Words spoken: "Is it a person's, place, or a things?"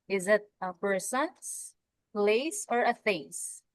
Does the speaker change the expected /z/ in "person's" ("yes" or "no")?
yes